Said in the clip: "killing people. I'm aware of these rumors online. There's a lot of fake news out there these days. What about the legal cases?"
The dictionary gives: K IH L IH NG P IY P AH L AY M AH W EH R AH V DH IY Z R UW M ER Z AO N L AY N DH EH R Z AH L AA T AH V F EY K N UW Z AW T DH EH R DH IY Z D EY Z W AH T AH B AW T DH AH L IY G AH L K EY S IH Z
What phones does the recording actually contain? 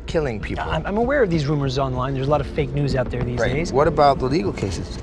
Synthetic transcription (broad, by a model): K IH L IH NG P IY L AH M AY M AH W EH R AH V DH IY Z R UW M ER Z AO N L AY N DH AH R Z AH L AA T AH V F EY K N UW Z AW T DH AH R DH IY Z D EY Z W AH T AH B AW T DH AH L IY G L K EY S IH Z